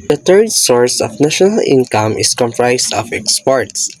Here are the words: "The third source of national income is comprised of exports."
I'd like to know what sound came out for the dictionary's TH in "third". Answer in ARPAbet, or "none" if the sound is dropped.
T